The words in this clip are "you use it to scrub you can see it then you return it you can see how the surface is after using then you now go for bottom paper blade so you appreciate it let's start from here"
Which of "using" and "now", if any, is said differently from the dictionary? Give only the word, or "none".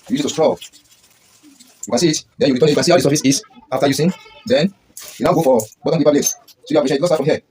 using